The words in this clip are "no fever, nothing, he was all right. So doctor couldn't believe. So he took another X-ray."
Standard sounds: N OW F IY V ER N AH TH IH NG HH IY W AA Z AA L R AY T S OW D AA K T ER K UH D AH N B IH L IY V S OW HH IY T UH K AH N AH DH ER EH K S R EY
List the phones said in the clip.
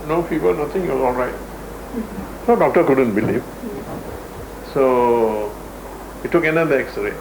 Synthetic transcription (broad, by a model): N OW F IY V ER N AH T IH NG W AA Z AA L R AY T S OW D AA K T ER K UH D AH N B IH L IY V S OW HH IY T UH K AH N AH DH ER EH K S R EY